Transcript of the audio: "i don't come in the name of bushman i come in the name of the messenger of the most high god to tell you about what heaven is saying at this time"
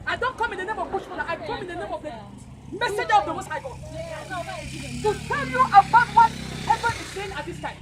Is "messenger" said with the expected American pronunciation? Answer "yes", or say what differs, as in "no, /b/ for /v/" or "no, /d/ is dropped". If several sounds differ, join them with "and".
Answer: no, /n/ is dropped